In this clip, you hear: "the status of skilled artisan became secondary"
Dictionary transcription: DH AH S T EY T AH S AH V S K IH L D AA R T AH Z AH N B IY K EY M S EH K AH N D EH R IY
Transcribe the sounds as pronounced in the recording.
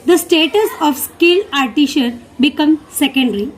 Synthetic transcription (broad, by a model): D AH S T EY T AH S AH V S K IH L AA R T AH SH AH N B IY K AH M S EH K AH N D R IY